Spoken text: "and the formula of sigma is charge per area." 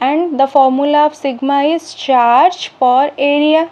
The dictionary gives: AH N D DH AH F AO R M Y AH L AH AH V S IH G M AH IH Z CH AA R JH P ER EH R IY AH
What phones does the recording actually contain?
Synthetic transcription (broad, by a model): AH N D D AH F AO R M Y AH L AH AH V S IH G M AH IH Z CH AA R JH F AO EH R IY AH